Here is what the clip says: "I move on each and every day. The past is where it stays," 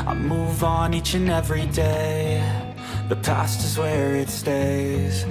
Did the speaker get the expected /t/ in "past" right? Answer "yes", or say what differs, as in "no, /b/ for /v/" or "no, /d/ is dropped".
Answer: yes